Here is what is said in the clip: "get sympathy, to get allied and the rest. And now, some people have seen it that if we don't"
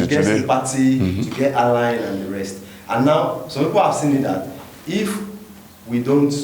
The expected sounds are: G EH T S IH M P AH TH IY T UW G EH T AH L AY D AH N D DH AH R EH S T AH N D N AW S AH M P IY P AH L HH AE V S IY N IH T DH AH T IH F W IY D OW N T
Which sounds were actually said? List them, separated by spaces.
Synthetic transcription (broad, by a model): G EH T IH P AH T IY T UW G EH T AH L AY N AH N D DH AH R EH S T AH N N AW S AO M P IY P AH L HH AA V S IY N IH T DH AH T IH F W IY D OW N T